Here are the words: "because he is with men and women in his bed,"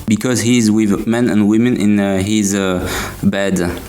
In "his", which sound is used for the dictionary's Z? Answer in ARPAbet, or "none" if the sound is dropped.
Z